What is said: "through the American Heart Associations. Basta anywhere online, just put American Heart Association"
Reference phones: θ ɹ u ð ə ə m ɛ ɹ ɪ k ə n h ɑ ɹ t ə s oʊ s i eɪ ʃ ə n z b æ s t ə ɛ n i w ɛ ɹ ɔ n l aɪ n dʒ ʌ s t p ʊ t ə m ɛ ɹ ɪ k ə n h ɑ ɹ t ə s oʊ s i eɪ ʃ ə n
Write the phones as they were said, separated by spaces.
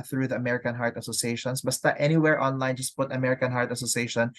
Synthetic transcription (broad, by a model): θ ɹ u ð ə ə m ɛ ɹ ɪ k ə n h ɑ ɹ t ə s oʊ s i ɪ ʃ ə n s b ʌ s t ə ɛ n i w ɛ ɹ ɔ n l aɪ n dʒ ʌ s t p ʊ t ə m ɛ ɹ ɪ k ə n h ɑ ɹ t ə s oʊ s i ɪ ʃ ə n